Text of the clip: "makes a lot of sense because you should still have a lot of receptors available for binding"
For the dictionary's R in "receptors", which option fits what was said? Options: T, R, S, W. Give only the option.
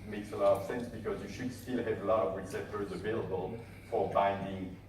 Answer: W